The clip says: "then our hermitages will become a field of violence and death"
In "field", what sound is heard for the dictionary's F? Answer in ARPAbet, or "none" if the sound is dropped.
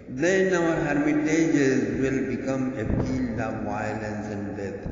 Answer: P